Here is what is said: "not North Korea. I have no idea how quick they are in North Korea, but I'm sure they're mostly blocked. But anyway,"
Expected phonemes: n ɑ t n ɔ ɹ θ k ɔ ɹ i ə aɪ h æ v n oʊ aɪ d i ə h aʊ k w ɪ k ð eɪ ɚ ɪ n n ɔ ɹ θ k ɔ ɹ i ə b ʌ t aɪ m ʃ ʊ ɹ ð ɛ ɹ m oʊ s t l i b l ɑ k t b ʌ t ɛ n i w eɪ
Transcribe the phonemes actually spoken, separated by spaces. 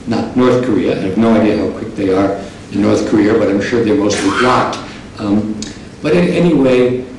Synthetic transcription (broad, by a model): n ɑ t n ɔ ɹ θ k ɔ ɹ i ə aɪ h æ v n oʊ aɪ d i ə h aʊ k w ɪ k ð eɪ ɚ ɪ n n ɔ ɹ θ k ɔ ɹ i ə b ʌ t aɪ m ʃ ʊ ɹ ð ɛ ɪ m oʊ s t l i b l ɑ t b ʌ t ɛ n i w eɪ